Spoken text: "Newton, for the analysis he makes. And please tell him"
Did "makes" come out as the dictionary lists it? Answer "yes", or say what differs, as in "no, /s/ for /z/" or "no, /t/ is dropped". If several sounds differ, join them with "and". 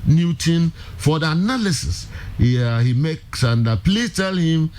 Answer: yes